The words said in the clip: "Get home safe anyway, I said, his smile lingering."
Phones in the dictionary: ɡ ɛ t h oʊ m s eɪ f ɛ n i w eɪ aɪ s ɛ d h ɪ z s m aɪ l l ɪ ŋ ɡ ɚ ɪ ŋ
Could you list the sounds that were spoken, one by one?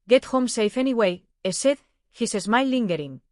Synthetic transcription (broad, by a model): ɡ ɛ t h oʊ m s eɪ f ɛ n i w eɪ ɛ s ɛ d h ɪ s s m aɪ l l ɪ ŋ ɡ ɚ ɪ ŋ